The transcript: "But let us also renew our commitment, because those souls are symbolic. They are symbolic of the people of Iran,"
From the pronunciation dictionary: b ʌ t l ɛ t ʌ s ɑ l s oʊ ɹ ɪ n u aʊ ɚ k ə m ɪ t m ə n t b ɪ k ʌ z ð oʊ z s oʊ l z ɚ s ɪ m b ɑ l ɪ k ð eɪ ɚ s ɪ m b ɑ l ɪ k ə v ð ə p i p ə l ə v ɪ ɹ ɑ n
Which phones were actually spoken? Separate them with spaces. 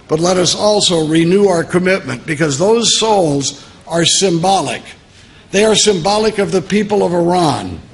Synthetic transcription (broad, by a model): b ʌ t l ɛ t ʌ s ɑ l s oʊ ɹ ɪ n u aʊ ɚ k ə m ɪ t m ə n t b ɪ k ʌ z ð oʊ z s oʊ l z ɚ s ɪ m b ɑ l ɪ k ð eɪ ɚ s ɪ m b ɑ l ɪ k ə v ð ə p i p ə l ə v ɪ ɹ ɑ n